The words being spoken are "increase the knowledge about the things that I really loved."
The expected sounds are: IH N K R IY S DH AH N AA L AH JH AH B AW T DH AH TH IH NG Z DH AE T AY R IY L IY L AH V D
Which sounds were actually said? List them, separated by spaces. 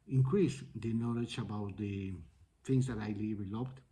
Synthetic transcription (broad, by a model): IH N K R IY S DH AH N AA L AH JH AH B AW T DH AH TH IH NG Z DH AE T AY L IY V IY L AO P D